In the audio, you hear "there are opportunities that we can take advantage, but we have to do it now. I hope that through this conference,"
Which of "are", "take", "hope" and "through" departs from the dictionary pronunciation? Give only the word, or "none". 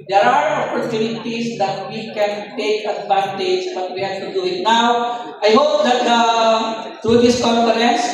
through